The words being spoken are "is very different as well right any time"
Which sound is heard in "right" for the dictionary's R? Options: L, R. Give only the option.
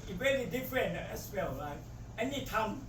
L